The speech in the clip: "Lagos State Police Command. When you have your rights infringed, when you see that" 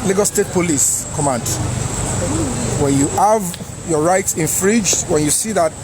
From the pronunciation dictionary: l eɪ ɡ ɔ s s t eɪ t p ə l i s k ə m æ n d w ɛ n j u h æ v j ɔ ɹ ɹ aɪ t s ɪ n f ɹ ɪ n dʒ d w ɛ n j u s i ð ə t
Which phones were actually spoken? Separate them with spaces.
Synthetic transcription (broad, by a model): l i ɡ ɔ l s t eɪ t p ə l i s k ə m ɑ n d w ɛ n j u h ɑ v j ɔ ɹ ɹ aɪ t s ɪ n f ɹ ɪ dʒ w ɛ n j u s i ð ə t